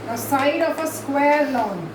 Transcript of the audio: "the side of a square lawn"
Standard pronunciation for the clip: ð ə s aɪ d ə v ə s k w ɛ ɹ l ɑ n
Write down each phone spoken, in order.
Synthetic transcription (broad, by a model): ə s aɪ d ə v ə s k w ɛ ɹ l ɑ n